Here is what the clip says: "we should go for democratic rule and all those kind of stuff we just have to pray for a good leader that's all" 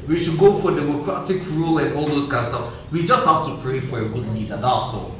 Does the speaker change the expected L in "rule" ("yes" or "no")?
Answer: no